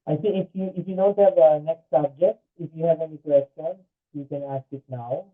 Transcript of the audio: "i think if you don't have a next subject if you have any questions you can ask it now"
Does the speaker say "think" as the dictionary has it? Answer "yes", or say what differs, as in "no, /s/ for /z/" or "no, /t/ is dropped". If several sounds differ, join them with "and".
no, /s/ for /θ/